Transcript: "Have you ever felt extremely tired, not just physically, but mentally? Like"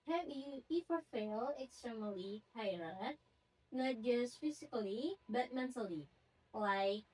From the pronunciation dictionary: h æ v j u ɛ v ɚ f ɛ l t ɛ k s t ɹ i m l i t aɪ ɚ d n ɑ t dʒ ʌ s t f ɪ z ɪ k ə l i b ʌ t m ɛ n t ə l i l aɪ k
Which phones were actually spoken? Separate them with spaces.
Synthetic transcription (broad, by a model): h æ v j u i f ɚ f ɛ l ɛ k s t ɹ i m l i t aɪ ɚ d n ɑ t dʒ ʌ s t f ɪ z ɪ k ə l i b ʌ t m ɛ n t ə l i l aɪ k